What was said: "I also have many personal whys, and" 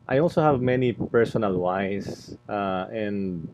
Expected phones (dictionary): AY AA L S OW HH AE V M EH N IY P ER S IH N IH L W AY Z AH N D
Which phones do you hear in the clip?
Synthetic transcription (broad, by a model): AY AA L S OW HH AE V M EH N IY P ER S IH N IH L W AY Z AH N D